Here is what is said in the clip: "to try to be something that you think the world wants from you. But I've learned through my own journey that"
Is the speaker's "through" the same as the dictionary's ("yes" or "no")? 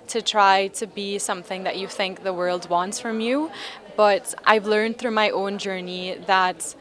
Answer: yes